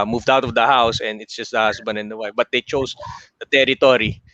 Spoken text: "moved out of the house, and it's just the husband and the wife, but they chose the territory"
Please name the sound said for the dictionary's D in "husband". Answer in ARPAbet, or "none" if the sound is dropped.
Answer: none